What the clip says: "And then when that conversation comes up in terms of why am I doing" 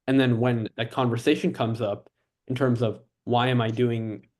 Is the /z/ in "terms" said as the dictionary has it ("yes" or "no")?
yes